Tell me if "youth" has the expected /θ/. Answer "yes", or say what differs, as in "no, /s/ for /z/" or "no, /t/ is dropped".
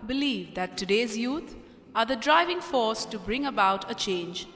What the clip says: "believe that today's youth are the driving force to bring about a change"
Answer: no, /t/ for /θ/